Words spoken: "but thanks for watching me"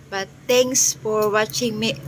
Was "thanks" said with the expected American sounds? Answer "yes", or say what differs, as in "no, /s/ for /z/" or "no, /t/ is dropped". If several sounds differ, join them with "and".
no, /t/ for /θ/